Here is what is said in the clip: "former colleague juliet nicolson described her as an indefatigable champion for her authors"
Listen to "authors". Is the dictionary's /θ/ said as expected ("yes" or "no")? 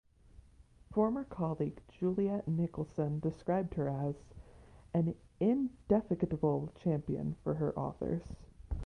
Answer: yes